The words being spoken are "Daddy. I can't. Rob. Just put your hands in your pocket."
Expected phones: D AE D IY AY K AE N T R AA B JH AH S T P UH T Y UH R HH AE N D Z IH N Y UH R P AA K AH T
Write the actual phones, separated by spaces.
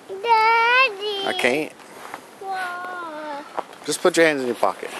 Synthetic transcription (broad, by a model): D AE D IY AY K AE N T W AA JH AH S P UH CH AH R HH AE N D Z IH N Y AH R P AA K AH T